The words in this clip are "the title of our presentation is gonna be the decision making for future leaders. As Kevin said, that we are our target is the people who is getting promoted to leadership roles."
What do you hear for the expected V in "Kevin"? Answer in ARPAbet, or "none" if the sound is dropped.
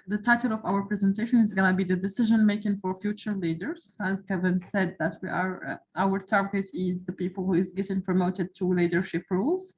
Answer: V